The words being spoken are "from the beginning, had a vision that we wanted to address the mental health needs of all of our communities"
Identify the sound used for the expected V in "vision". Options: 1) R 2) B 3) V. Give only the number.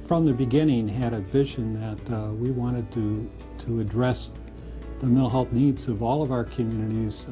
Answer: 2